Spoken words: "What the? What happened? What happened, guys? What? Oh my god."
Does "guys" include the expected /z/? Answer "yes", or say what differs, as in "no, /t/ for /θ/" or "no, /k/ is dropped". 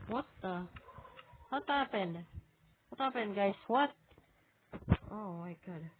no, /s/ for /z/